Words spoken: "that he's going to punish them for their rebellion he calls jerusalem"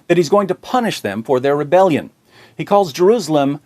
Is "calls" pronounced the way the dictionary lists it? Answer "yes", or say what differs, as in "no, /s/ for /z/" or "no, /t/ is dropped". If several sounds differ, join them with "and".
yes